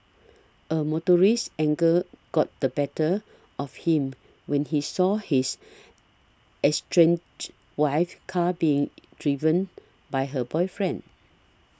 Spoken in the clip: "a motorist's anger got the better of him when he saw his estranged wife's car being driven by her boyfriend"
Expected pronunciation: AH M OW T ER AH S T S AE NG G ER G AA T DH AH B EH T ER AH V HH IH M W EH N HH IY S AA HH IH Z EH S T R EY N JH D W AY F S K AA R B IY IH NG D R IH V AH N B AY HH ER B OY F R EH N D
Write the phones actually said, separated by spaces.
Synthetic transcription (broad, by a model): AH M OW T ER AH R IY S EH NG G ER G AA T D AH B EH T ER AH F HH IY M W EH N HH IY S AA HH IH S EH S T R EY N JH W AY F K AA B IY IH NG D R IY V AH N B AY HH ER B OY F R EH N D